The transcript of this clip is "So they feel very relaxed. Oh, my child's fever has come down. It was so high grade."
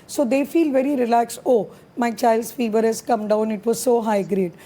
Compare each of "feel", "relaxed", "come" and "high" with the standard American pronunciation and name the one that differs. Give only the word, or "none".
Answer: relaxed